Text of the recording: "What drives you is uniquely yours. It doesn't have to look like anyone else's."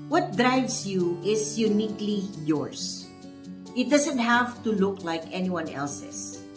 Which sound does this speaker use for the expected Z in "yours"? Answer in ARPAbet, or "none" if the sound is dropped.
S